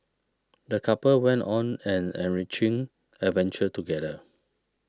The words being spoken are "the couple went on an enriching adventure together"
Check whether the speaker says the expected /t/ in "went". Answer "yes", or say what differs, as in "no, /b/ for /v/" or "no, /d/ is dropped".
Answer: yes